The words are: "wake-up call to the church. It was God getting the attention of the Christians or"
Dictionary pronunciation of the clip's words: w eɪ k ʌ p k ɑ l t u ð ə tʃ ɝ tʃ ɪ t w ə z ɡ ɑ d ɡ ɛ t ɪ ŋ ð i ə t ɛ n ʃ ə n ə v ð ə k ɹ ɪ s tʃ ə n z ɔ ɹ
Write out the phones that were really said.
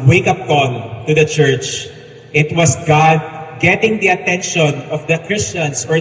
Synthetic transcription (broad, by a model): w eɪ k ʌ p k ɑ n t u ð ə tʃ ɝ tʃ ɪ t w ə s ɡ ɑ d ɡ ɛ t ɪ ŋ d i ə t ɛ n ʃ ə n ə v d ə k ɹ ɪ s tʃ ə n s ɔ ɹ